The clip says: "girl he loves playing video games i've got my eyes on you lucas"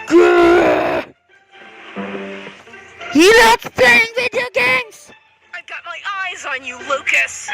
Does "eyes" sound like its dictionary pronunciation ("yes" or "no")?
yes